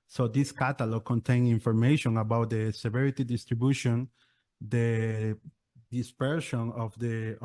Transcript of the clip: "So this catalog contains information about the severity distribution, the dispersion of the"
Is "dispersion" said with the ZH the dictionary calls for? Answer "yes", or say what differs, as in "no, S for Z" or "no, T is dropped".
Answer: no, SH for ZH